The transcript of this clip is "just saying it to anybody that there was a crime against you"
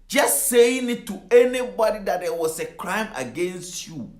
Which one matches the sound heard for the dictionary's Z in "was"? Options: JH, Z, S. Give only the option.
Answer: S